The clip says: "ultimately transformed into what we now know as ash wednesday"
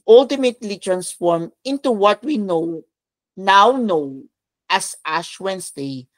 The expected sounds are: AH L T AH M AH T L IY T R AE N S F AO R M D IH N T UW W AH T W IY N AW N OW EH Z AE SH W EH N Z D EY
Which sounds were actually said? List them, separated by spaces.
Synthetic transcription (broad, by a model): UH L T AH M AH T L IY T R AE N S F AO R M IH N T UW W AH T W IY N AW N OW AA S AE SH W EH N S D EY